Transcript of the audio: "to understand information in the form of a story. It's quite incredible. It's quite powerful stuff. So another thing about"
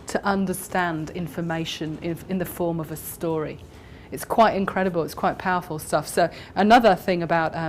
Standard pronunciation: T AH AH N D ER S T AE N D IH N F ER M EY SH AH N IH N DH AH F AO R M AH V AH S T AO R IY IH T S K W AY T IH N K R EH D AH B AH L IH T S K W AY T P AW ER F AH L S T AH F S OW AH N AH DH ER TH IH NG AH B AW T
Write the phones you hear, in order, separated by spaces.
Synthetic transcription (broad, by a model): T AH AH N D ER S T AE N D IH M F ER M EY SH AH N IH N DH AH F AO R M AH V AH S T AO R IY IH T S K W AY T IH N K R EH D AH B AH L IH T S K W AY T P AW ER F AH L S T AH F S OW AH N AH DH ER TH IH NG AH B AW T